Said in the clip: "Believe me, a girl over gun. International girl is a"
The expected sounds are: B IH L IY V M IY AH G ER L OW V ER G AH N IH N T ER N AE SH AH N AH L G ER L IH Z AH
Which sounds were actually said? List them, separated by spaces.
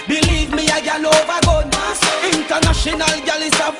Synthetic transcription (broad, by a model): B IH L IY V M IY AH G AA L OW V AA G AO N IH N T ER N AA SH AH N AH L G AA L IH S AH